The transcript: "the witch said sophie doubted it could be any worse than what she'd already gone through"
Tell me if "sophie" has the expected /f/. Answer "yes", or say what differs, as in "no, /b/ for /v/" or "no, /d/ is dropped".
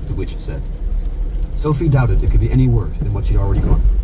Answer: yes